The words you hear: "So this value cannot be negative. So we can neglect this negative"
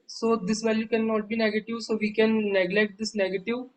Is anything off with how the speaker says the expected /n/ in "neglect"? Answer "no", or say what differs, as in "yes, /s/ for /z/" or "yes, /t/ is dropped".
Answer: no